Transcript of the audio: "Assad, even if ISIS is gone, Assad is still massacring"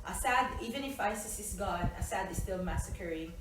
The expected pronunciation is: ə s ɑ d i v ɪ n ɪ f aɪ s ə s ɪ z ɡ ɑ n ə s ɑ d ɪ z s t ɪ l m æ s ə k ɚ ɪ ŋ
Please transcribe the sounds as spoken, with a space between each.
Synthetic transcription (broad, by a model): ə s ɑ d i v ɪ n ɪ f aɪ s ə s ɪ s ɡ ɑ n ə s ɑ d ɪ s t ɪ l m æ s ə k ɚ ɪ